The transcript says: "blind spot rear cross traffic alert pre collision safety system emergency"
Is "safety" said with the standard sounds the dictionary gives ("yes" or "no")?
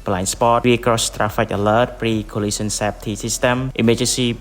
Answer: no